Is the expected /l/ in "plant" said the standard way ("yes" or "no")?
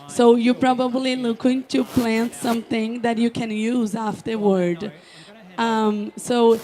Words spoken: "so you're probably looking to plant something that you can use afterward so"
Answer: yes